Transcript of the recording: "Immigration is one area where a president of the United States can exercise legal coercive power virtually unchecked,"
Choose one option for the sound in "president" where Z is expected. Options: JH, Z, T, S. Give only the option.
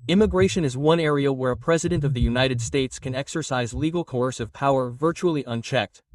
Z